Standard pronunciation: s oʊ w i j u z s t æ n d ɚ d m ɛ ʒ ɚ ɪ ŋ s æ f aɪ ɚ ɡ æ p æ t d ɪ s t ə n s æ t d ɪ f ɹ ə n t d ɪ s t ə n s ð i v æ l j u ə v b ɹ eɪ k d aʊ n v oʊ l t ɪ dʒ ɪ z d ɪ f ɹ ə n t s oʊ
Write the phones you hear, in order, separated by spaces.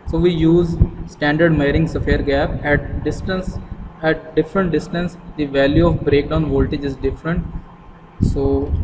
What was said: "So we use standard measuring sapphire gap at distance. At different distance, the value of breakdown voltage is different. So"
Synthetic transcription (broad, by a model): s oʊ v i j u z s t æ n d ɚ d m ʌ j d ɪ ŋ s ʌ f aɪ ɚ ɡ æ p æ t d ɪ s t ə n s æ t d ɪ f ɹ ə n t d ɪ s t ə n s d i v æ l j u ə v b ɹ eɪ k d aʊ n v oʊ l t ɪ dʒ ɪ z d ɪ f ɹ ə n t s oʊ